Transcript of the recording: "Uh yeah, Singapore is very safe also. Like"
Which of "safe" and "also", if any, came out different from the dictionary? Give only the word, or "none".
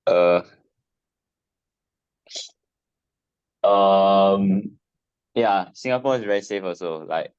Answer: also